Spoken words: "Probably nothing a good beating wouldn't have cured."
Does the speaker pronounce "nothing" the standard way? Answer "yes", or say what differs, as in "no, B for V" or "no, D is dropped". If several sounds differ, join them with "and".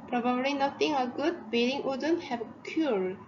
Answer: no, T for TH